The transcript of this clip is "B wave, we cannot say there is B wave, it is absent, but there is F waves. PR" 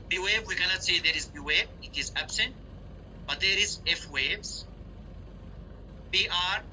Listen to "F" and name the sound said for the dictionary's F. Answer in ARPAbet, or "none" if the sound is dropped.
F